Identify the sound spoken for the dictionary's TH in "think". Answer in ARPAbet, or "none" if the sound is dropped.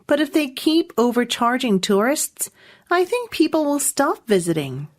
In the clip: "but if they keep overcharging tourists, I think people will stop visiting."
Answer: TH